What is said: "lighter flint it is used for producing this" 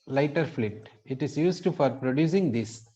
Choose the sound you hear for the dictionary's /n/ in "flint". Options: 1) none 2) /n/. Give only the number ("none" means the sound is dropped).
1